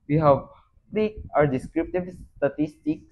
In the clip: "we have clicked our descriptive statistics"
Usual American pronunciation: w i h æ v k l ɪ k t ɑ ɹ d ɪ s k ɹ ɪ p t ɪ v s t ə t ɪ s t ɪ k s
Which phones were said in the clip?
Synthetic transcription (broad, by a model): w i h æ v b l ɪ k ɑ ɹ d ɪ s k ɹ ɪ p t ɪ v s t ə t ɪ s t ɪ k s